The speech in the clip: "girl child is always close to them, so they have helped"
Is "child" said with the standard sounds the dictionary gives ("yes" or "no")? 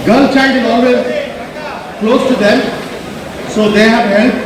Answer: no